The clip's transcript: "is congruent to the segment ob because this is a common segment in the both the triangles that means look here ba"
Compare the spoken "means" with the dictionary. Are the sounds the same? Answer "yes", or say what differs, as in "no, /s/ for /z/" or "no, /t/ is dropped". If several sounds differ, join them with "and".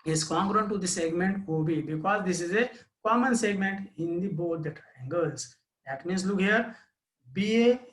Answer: no, /s/ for /z/